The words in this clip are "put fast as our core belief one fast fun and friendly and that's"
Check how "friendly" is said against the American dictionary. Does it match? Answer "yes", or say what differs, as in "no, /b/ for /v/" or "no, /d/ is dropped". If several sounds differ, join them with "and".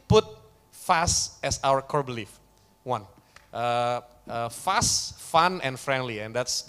yes